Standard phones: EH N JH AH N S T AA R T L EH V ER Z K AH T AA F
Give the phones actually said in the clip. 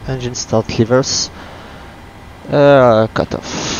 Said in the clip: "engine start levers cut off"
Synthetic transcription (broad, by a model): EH N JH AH N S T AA L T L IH V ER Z K AH T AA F